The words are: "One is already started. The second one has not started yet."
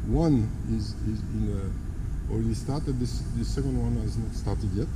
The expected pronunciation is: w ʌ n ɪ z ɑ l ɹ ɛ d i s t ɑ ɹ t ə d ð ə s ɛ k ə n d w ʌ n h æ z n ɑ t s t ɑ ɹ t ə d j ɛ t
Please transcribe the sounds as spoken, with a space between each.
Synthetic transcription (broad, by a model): w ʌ n ɪ z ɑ n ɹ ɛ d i s t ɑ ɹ t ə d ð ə s ɛ k ə n d w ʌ n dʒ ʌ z n ɑ t s t ɑ ɹ t ə d j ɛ t